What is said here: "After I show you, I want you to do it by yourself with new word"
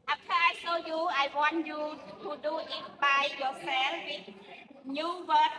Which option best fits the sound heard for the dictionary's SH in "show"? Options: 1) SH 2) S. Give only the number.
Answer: 2